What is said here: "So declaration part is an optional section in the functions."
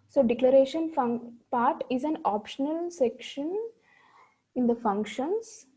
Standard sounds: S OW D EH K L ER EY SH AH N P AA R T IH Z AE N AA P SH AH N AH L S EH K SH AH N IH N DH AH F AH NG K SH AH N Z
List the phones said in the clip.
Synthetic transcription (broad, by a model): S OW D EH K L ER EY SH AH N P AA R T IH Z AE N AA P SH AH N AH L S EH K SH AH N IH N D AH F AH NG K SH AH N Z